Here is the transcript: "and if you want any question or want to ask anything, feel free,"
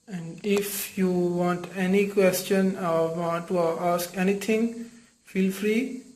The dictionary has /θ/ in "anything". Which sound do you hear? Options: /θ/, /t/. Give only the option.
/t/